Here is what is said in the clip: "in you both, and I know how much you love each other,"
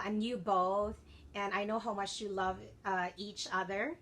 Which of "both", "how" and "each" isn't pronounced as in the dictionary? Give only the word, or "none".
none